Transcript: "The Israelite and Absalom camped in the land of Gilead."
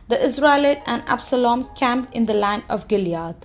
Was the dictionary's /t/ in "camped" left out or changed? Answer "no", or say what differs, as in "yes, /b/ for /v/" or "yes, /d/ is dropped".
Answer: yes, /t/ is dropped